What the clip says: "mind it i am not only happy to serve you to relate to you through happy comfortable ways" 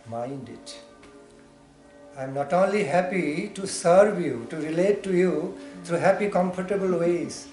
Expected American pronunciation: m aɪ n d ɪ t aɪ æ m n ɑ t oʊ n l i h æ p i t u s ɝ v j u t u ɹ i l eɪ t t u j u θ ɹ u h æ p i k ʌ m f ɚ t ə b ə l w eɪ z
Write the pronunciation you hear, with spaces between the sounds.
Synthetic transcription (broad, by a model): m aɪ n d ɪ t aɪ m n ɑ t oʊ n l i h æ p i t u s ɝ v j u t u ɹ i l eɪ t t u j u t ɹ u h æ p i k ʌ m f ɚ t ə b ə l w eɪ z